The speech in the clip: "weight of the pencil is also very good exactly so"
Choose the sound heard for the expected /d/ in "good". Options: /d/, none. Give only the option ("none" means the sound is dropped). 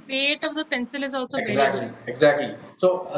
none